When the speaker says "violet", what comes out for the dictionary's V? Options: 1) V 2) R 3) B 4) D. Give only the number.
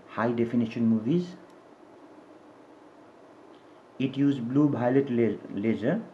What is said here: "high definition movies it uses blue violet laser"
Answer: 3